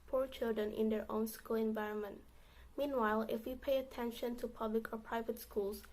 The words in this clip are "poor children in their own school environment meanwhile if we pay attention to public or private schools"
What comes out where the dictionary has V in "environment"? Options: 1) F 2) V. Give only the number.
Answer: 2